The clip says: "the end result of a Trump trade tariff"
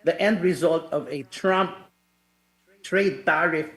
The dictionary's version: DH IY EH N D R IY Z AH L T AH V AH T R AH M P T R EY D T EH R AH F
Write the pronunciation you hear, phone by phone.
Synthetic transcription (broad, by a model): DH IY EH N D R IY Z AH L T AH V AH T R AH M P T R EY D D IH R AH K